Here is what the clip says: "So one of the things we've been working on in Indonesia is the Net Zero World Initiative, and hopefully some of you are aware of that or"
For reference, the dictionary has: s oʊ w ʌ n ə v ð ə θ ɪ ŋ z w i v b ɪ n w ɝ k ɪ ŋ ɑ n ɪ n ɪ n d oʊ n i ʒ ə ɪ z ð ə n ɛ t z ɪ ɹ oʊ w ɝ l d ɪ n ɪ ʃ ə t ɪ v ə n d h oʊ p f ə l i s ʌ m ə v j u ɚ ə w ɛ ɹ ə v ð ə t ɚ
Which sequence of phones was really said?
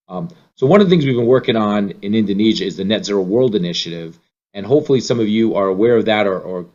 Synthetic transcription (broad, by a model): s oʊ w ʌ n ə v ð ə θ ɪ ŋ z w i v b ɪ n w ɝ k ɪ ŋ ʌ n ɪ n ɪ n d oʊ n i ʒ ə ɪ z ð ə n ɛ t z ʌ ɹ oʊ w ɝ l d ɪ n ɪ ʃ ə t ɪ v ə n h oʊ p f l i s ʌ m ə v j u ɚ ə w ɛ ɹ ə v ð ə t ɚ